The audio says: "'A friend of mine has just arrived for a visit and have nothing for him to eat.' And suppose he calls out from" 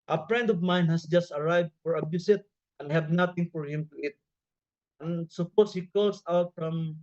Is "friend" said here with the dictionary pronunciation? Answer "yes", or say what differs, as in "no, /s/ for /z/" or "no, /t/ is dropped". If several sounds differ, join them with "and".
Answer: no, /p/ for /f/